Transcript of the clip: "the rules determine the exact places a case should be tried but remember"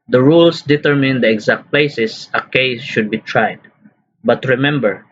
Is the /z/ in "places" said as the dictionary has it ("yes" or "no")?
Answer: no